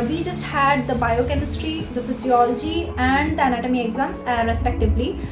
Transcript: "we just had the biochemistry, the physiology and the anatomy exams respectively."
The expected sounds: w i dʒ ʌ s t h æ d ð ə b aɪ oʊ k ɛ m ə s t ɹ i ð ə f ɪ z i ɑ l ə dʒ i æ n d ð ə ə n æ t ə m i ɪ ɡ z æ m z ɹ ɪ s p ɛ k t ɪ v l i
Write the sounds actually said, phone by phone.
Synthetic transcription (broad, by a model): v i dʒ ʌ s t h æ d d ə b aɪ oʊ k ɛ m ə s t ɹ i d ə f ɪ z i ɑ l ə dʒ i æ n d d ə ə n æ t ə m i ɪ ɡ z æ m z ɹ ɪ s p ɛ k t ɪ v l i